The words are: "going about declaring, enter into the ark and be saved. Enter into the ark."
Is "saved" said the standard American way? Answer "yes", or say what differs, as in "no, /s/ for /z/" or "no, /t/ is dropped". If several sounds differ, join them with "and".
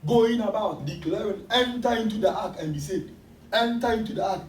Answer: no, /v/ is dropped